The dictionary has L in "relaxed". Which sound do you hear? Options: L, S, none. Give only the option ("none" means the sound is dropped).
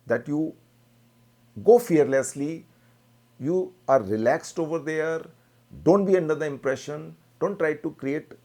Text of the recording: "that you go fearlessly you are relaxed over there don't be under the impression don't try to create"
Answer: L